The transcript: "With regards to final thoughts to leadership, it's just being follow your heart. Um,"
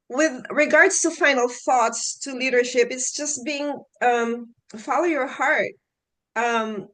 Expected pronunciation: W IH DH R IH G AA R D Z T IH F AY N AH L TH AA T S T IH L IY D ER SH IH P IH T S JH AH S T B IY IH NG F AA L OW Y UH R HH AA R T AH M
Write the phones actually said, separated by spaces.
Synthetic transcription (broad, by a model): W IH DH R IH G AA R D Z T IH F AY N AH L TH AA T S T IH L IY D ER SH IH P IH T S JH AH S T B IY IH NG F AA L OW Y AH R HH AA R T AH M